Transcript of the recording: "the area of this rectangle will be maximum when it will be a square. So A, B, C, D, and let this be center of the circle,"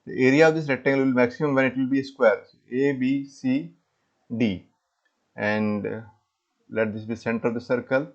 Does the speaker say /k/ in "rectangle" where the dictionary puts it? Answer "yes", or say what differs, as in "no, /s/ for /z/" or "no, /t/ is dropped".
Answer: no, /k/ is dropped